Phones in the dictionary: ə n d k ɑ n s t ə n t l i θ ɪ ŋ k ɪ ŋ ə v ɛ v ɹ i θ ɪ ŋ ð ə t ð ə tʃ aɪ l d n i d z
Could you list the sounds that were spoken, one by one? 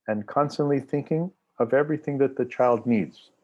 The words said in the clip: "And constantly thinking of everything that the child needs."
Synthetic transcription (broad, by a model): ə n k ɑ n s t ə n t l i θ ɪ ŋ k ɪ ŋ ə v ɛ v ɹ i θ ɪ ŋ ð ə t ð ə tʃ aɪ l d n i d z